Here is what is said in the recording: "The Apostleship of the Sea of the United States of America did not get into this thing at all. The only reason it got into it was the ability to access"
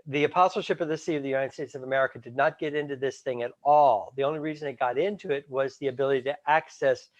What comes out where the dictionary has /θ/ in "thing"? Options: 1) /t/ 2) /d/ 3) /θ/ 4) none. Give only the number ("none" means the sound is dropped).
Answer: 3